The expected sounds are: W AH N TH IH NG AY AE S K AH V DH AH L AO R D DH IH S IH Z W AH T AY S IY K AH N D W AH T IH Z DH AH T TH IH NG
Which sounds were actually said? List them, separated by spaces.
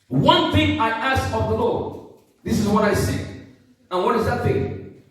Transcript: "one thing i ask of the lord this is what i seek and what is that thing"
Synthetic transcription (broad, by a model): W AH N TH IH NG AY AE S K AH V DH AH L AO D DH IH S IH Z W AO T AY S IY AH N W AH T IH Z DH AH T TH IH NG